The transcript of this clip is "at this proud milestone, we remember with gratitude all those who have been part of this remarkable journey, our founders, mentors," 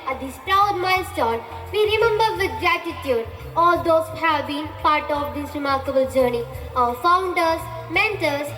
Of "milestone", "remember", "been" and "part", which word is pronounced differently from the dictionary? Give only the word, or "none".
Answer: milestone